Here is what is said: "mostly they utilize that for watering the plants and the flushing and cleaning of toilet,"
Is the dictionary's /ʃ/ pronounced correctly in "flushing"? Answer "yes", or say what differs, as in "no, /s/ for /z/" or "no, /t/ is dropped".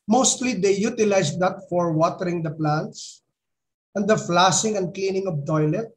no, /s/ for /ʃ/